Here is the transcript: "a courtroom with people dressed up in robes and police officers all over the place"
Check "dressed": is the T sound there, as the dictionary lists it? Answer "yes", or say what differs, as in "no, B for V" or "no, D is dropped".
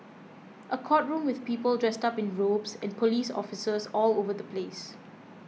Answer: yes